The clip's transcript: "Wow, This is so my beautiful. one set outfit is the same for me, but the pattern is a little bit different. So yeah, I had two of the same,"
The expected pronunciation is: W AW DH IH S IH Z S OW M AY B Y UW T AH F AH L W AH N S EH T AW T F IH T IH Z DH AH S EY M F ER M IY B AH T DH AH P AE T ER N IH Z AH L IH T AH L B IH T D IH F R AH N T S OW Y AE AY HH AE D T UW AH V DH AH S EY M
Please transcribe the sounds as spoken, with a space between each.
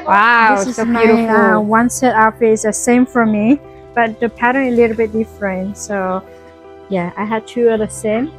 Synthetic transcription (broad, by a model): W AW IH IH S OW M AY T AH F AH W AH N S EH T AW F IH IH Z DH AH S EY M F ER M IY B AH T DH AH P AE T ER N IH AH L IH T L B IH T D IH F R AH N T S OW Y AE AY HH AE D T UW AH DH AH S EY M